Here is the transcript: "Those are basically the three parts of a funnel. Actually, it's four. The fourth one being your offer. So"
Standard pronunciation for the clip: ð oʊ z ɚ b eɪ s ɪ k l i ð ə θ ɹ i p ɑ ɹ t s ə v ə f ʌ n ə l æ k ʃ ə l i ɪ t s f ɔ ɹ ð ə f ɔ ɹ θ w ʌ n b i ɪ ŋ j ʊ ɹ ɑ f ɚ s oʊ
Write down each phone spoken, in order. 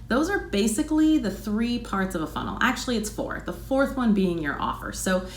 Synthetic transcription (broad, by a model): ð oʊ z ɚ b eɪ s ɪ k l i ð ə θ ɹ i p ɑ ɹ t s ə v ə f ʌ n l æ k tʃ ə l i ɪ t s f ɔ ɹ ð ə f ɔ ɹ θ w ʌ n b i ɪ ŋ j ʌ ɹ ɑ f ɚ s oʊ